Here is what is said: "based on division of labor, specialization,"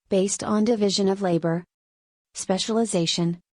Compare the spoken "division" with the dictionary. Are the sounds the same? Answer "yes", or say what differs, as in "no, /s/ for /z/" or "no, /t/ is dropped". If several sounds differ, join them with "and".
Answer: yes